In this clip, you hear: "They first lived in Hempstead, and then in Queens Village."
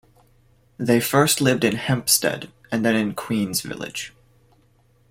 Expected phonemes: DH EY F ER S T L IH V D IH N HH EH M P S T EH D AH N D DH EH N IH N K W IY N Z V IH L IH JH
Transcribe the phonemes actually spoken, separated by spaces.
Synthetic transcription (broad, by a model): DH EY F ER S T L IH V D IH N HH EH M P S T EH D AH N DH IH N IH N K W IY N Z V IH L IH JH